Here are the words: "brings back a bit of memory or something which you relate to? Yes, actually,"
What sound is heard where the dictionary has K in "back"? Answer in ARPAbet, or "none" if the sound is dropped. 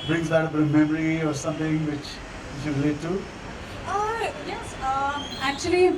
none